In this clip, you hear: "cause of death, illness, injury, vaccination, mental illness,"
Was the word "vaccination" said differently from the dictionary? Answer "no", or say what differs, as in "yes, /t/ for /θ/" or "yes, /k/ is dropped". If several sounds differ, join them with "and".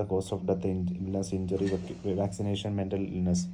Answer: no